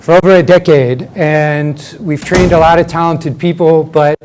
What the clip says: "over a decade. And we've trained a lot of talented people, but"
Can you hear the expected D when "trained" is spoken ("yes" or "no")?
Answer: yes